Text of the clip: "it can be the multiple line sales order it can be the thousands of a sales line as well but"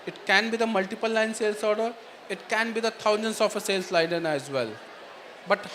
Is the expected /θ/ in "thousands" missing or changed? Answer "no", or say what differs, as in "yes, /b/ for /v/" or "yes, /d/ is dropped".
yes, /t/ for /θ/